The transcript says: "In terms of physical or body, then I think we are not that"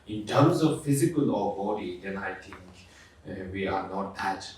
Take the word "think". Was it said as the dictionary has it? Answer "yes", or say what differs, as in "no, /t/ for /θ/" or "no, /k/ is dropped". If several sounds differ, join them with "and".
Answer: no, /t/ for /θ/